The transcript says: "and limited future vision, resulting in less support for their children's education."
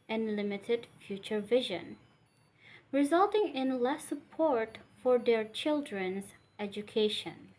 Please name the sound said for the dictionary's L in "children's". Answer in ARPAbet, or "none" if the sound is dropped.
L